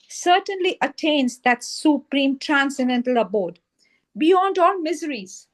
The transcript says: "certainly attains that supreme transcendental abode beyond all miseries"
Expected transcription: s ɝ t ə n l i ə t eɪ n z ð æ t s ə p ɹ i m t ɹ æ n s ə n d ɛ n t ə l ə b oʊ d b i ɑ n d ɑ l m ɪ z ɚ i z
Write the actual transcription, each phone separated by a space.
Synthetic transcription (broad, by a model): s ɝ t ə n l i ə t eɪ n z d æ t s ə p ɹ i m t ɹ æ n s ə n d ɛ n t ə l ə b oʊ d b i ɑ n d ɑ l m ɪ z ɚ i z